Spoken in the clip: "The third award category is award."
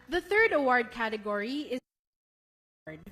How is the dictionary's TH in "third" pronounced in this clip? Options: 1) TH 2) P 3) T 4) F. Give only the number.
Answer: 1